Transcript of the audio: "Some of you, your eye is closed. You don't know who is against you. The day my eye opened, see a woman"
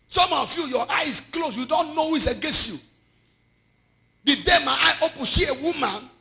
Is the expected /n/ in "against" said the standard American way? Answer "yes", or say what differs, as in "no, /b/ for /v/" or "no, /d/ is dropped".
yes